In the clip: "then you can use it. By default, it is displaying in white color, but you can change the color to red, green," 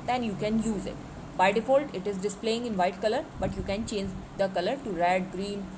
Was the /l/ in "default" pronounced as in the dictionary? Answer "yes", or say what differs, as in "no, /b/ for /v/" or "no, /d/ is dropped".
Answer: yes